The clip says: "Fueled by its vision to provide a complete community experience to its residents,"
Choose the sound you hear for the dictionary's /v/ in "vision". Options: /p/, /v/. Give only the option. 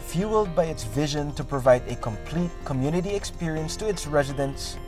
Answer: /v/